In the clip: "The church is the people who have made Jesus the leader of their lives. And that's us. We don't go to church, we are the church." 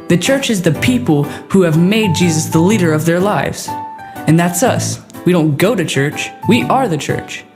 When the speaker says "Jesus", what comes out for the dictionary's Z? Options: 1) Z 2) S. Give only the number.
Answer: 1